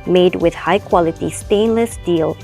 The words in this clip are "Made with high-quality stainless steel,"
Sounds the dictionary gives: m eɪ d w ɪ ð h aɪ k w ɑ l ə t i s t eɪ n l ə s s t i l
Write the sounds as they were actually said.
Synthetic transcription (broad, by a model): m eɪ d w ɪ ð h aɪ k w ɑ l ə t i s t eɪ n l ə s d i l